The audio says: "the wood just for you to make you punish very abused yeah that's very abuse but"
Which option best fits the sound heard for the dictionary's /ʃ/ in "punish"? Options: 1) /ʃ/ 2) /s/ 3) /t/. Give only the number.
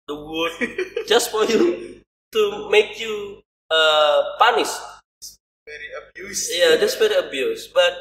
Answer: 2